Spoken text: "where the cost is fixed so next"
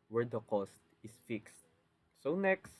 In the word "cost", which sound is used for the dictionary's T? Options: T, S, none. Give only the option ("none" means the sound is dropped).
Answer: T